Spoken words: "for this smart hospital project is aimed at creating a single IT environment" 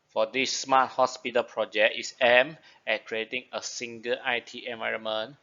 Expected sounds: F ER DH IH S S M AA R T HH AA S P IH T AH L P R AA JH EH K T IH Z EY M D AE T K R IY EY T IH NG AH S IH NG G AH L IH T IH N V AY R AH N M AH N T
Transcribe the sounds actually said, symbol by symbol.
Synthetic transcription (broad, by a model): F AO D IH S S M AA T HH AA S P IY T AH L P R AA JH EH K T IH S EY M EH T K R IY EY T IH NG AH S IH NG G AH L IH T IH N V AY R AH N M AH N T